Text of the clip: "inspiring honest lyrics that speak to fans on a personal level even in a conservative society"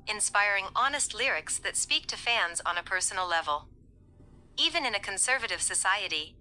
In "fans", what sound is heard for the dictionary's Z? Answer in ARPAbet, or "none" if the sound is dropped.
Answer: Z